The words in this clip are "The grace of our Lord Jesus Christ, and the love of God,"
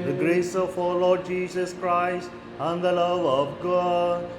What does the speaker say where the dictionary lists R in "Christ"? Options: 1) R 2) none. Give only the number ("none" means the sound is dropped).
1